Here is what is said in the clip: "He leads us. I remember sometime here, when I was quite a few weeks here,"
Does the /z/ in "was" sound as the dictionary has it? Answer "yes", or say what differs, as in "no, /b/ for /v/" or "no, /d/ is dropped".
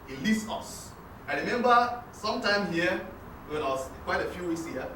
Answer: no, /s/ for /z/